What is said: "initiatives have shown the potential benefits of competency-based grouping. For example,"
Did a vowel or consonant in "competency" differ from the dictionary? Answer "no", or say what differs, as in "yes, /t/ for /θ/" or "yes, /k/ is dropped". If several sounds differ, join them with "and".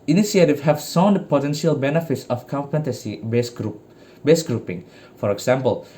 yes, /n/ is dropped